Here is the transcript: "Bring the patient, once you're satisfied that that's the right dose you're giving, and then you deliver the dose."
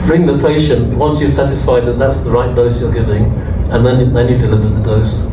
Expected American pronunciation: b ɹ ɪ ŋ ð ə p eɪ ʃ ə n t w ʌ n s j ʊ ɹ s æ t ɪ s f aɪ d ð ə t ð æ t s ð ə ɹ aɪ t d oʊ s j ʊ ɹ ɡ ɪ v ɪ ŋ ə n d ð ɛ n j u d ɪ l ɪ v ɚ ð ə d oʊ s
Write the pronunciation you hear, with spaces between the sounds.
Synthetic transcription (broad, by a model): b ɹ ɪ ŋ ð ə p eɪ ʃ ə n t w ʌ n s j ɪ s æ t ɪ s f aɪ d ð ə t ð æ t s ð ə ɹ aɪ t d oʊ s j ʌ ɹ ɡ ɪ v ɪ ŋ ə n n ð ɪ n j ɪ d ɪ l ɪ v ɚ ð ə d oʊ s